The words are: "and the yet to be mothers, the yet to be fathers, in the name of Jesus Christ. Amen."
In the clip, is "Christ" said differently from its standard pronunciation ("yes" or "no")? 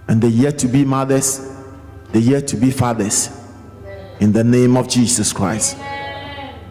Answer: no